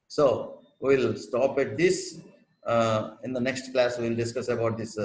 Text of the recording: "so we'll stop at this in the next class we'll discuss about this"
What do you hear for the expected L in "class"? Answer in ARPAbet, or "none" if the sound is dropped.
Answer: L